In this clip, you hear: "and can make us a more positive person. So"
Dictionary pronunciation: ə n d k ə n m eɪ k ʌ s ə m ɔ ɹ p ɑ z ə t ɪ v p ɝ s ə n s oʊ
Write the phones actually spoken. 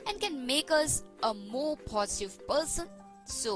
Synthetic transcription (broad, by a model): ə n k ə n m eɪ k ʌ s ə m ɔ p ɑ s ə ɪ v p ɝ s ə n s oʊ